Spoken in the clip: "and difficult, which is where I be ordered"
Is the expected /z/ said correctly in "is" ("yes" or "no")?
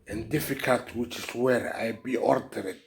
no